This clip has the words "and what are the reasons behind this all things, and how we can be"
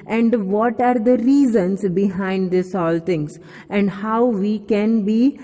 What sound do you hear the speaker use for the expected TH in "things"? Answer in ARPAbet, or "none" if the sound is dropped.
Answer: T